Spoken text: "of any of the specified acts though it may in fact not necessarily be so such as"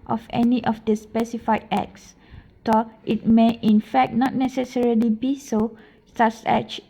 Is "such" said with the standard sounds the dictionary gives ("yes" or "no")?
no